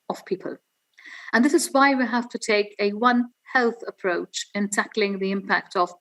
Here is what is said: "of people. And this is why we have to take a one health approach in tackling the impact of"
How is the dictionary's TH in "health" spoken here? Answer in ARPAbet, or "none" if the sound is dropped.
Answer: TH